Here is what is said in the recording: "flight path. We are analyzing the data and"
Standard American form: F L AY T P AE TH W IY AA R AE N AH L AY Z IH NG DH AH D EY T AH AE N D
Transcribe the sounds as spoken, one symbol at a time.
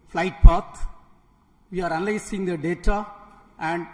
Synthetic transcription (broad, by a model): F L AY T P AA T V IY AA R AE N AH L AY S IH NG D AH D EY T AH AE N D